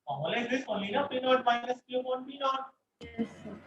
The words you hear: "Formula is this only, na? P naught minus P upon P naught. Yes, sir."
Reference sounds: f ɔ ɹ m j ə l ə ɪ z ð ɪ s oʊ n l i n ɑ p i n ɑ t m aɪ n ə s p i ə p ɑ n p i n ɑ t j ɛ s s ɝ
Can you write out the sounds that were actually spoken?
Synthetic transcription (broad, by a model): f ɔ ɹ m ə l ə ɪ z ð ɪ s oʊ l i n ɑ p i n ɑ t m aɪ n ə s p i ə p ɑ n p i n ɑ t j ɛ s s